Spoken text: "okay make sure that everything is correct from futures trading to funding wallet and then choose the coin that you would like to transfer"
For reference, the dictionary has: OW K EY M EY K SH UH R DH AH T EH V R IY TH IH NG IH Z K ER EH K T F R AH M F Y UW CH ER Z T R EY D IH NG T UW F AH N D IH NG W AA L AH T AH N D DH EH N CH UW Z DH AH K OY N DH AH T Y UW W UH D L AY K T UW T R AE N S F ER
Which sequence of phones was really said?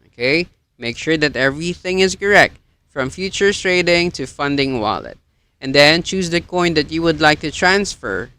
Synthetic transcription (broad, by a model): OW K EY M EY K SH UH R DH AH T EH V R IY TH IH NG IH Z K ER EH K T F R AH M F Y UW CH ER T R EY D IH NG T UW F AH N D IH NG W AA L AH T AH N D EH N CH UW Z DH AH K OY N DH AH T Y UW W UH D L AY K T UW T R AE N S F ER